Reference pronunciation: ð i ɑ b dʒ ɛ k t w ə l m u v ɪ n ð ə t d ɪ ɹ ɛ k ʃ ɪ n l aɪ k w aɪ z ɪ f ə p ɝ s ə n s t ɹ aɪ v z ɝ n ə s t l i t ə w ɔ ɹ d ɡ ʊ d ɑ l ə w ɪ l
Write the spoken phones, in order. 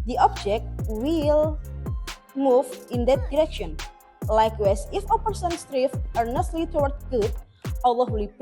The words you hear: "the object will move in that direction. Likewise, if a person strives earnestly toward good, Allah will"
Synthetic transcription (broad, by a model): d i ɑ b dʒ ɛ k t w ə l m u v ɪ n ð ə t d ɪ ɹ ɛ k ʃ ɪ n l aɪ k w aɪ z ɪ f ə p ɝ s ə n s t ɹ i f ɝ n ə s t l i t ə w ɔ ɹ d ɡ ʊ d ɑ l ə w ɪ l